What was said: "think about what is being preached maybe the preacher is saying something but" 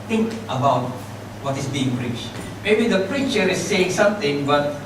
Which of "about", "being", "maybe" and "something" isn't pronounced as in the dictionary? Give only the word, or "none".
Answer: something